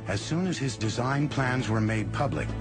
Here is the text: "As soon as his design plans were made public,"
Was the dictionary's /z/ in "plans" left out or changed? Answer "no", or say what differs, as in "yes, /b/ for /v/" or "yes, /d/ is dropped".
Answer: no